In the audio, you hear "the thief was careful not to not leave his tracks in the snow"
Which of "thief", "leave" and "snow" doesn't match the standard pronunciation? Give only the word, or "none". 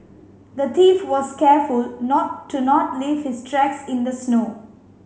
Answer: thief